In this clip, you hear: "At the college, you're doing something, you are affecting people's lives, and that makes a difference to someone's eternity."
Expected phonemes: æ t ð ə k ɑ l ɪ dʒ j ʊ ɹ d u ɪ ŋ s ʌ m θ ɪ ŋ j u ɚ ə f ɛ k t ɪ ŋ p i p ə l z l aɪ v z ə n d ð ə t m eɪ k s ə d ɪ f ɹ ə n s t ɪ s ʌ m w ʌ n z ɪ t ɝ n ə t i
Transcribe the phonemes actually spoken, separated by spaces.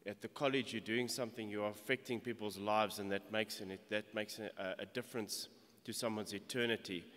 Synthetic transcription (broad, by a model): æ t ð ə k ɑ l ɪ dʒ j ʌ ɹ d u ɪ ŋ s ʌ m θ ɪ ŋ j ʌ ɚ ə f ɛ k t ɪ ŋ p i p ə l z l aɪ v z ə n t ð ə t m eɪ k s ə d ɪ f ɹ ə n s t ɪ s ʌ m w ʌ n z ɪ t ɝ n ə t i